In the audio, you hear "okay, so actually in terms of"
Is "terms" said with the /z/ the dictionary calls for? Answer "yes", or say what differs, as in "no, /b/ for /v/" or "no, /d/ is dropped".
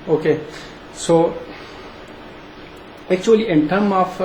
no, /z/ is dropped